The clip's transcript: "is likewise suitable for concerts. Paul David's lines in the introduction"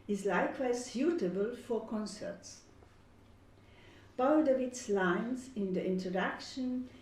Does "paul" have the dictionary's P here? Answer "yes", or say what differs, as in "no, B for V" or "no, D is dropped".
no, B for P